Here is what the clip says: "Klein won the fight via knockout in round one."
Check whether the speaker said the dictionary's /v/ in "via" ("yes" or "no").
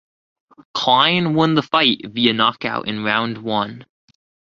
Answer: yes